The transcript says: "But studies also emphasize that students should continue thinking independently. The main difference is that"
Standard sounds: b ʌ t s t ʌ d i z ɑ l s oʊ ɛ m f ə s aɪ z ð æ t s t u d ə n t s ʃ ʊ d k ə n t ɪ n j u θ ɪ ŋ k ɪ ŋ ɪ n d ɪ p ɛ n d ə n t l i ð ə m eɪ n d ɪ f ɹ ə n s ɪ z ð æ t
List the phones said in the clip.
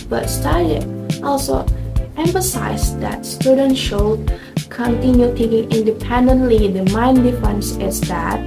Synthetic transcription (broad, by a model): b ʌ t s t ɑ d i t ɑ l s oʊ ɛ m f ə s aɪ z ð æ t s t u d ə n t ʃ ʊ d k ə n t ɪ n j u t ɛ k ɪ ŋ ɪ n d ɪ p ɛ n d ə n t l i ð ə m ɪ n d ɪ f ə n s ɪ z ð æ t